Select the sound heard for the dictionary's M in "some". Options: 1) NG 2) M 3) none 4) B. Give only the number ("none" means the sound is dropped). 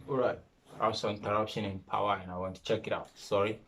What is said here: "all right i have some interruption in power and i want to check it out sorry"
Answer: 3